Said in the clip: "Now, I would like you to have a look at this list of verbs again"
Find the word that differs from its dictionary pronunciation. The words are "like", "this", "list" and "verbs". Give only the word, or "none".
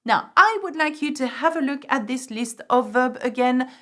verbs